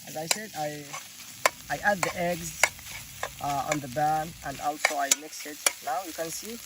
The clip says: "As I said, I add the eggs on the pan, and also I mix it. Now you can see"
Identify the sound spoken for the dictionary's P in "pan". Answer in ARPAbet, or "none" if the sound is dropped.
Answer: B